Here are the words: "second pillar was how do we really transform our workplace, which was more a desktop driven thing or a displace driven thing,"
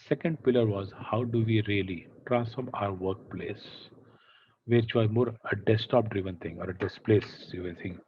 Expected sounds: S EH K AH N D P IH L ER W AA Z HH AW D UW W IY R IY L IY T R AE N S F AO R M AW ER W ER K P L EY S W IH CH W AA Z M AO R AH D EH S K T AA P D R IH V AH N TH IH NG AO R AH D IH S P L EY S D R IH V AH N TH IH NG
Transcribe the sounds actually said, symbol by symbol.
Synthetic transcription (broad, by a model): S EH K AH N D P IH L ER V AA Z HH AW D UW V IY R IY L IY T R AE N S F AO R M AW ER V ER K P L EY S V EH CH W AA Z M AO R AH D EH S T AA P D R IH V AH N T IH NG AO R AH D IH S P L EY S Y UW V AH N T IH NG